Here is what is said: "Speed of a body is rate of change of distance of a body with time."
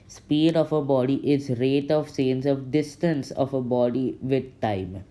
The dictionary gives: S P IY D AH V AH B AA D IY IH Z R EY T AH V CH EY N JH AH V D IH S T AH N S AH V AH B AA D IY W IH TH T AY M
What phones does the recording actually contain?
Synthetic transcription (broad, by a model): S P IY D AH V AH B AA D IY IH Z R EY T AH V S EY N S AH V D IH S T AH N S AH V AH B AA D IY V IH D T AY M